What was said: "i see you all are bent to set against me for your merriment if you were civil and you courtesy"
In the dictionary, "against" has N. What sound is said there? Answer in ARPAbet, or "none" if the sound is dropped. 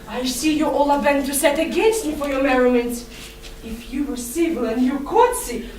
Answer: N